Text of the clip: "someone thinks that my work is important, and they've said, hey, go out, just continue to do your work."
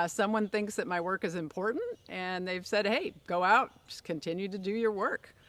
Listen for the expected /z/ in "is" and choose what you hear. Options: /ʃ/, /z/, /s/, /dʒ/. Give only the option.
/z/